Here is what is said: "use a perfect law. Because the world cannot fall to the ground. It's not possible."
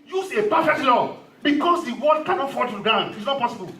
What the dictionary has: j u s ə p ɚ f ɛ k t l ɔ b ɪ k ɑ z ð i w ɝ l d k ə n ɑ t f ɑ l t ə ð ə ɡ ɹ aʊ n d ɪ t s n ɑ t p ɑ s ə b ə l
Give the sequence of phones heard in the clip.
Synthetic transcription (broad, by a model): j u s ə p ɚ f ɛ k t l ɔ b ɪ k ɑ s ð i w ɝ d k ə n ɑ t f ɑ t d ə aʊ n ɪ t s n ɑ t p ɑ s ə b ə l